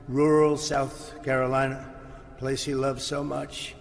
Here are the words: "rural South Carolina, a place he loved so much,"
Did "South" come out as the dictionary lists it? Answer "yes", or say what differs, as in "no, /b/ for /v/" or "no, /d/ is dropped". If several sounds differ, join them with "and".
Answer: yes